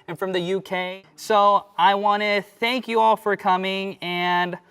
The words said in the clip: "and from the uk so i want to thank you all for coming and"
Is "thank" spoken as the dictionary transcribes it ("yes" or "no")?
yes